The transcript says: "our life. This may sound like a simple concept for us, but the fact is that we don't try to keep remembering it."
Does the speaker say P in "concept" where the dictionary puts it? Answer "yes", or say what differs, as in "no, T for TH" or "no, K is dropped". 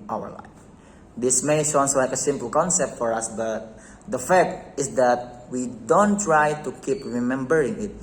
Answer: yes